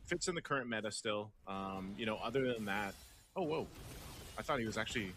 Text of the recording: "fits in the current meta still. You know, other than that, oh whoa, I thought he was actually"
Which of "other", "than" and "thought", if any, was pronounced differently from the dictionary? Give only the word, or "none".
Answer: none